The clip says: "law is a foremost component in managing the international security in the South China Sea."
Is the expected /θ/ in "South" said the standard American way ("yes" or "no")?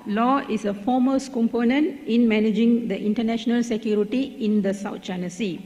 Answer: no